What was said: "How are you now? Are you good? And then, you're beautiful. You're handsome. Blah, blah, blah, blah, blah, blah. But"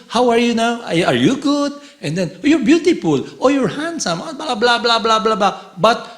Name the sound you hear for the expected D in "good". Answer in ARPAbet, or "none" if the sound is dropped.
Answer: D